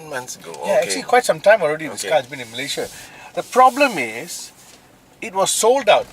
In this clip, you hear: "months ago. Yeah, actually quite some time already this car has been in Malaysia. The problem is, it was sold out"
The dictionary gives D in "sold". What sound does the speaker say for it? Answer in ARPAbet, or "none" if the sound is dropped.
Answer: D